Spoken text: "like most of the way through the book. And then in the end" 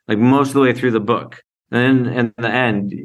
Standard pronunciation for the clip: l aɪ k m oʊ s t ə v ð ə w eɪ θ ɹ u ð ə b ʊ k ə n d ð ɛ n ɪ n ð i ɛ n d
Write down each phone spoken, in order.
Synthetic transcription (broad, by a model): l aɪ k m oʊ s t ə v ð ə w eɪ θ ɹ u ð ə b ʊ k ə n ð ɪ n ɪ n ð i ɛ n d